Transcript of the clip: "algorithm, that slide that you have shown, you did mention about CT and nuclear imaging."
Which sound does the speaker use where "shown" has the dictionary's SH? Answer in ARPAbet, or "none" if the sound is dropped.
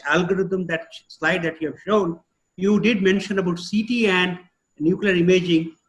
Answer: SH